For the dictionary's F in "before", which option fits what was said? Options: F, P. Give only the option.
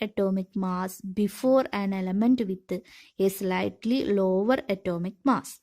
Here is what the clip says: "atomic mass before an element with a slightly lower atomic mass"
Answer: F